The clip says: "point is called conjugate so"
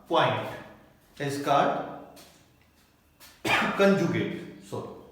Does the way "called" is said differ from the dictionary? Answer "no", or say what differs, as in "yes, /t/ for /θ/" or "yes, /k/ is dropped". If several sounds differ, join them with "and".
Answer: yes, /l/ is dropped